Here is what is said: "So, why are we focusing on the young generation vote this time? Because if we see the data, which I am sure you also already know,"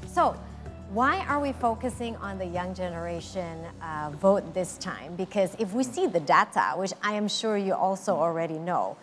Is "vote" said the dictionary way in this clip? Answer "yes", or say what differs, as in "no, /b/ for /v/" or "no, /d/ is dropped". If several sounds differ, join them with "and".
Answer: yes